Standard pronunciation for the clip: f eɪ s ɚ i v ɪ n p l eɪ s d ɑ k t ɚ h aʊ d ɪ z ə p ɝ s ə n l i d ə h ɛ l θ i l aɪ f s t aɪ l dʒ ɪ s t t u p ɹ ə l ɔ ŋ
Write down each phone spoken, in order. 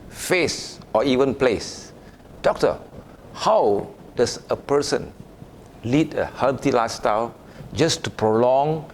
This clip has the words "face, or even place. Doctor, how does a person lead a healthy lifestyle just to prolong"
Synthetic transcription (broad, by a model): f eɪ s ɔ i v ɪ n p l eɪ s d ɑ k t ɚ h aʊ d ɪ s ə p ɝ s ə n l i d ə h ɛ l t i l aɪ s t aɪ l dʒ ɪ s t t u p ɹ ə l ɔ ŋ